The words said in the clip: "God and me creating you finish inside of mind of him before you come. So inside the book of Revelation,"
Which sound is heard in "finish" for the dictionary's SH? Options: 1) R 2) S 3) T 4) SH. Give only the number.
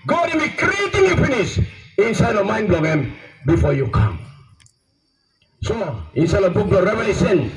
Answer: 2